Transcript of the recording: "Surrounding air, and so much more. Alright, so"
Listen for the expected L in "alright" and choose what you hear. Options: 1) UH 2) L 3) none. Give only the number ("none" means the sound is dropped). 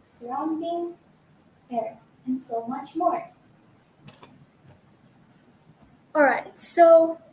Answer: 2